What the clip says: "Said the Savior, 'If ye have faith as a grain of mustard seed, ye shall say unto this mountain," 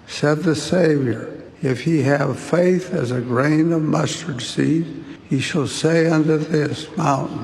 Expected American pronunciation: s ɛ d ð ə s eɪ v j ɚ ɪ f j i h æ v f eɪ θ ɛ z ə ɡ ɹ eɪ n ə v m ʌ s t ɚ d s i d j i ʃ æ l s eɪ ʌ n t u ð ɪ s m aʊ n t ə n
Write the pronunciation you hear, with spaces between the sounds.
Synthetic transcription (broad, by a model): s ɛ d ð ə s eɪ v j ɚ ɪ f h i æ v f eɪ θ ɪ z ə ɡ ɹ eɪ n ə v m ʌ s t ɚ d s i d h i ʃ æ l s eɪ ʌ n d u ð ɪ s m aʊ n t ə n